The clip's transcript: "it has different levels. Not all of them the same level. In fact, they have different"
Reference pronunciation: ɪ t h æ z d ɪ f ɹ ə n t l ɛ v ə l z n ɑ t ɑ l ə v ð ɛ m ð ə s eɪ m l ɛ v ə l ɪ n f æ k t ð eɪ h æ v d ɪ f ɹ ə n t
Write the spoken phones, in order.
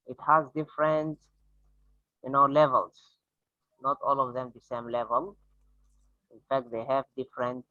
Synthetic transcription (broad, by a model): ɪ t h æ z d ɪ f ɹ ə n t l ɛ v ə l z n ɑ t ɑ l ə v ð ɛ m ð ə s eɪ m l ɛ v ə l ɪ n f æ k t ð eɪ h æ v d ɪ f ɹ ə n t